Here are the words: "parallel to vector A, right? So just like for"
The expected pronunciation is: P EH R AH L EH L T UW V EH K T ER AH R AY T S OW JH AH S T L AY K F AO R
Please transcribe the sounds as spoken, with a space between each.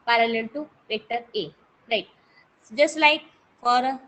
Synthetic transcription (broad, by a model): P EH R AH L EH L T UW P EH K T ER AH R AY T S JH AH S T L AY K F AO R